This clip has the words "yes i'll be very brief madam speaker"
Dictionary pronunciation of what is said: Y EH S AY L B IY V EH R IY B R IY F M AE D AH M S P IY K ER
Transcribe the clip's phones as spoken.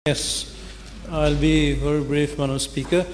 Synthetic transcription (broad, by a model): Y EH S AY L B IY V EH R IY B R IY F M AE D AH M S P IY K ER